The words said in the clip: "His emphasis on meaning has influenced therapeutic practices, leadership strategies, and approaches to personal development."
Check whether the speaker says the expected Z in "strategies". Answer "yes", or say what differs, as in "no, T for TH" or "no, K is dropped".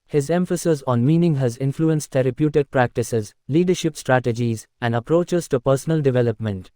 yes